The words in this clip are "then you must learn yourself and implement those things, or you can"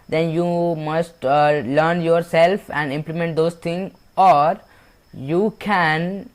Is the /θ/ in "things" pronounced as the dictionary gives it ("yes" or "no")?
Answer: no